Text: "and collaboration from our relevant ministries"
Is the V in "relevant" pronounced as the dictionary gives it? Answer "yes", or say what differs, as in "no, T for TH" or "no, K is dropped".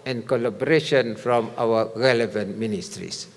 yes